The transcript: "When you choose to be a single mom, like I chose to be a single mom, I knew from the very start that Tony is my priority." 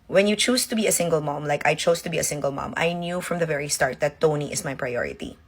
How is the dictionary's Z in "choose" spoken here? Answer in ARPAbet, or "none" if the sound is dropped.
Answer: S